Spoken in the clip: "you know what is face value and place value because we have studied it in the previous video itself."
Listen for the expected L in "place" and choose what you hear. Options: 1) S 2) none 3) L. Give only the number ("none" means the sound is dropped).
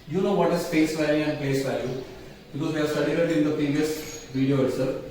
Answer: 2